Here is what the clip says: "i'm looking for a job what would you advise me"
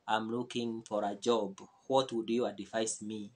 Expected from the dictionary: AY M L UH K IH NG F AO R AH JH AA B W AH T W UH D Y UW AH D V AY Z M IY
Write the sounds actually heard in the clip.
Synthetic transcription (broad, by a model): AY M L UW K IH NG F AO R AH JH AA B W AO T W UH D Y UW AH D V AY S M IY